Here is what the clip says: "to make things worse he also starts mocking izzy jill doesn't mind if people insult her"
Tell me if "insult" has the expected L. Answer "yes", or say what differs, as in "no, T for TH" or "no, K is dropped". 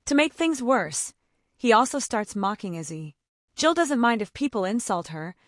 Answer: yes